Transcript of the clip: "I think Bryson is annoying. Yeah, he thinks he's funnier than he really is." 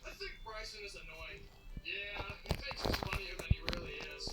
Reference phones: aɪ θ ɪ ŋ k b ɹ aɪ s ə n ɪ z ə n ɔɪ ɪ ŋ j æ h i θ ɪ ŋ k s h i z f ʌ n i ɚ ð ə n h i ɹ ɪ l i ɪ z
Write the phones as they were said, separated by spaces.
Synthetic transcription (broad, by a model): aɪ θ ɪ ŋ k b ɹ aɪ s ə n ɪ z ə n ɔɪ ɪ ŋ j æ h i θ ɪ k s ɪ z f ʌ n i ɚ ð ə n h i ɹ ɪ l i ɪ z